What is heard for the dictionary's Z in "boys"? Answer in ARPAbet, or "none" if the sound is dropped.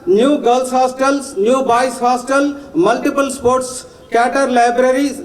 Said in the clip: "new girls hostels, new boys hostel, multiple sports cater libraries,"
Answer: S